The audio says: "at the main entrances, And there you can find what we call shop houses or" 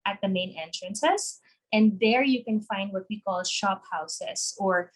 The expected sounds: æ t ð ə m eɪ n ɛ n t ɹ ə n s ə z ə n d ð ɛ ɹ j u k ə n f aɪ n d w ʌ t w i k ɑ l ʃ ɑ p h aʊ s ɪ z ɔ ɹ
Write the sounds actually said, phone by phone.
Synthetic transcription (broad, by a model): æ t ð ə m eɪ n ɛ n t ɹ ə n s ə s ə n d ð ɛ ɹ j u k ə n f aɪ n d w ʌ t w i k ɑ l ʃ ɑ p h aʊ s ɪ s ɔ ɹ